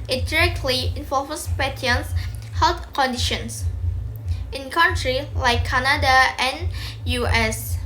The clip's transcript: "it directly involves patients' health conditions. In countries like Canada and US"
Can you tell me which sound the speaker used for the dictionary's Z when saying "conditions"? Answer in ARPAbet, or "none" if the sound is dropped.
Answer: S